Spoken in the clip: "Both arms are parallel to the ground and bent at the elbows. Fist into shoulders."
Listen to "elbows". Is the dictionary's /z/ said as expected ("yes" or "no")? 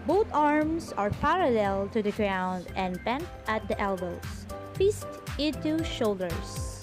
no